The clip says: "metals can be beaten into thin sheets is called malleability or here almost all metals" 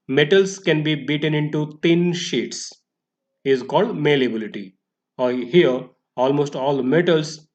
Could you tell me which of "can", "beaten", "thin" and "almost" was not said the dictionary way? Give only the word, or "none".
thin